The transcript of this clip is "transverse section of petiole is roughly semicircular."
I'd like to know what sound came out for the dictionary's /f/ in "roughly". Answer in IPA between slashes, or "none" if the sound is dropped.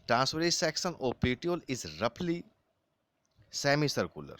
/p/